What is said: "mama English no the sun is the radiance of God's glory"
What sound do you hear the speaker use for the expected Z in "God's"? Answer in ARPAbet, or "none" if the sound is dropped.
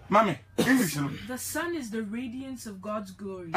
Z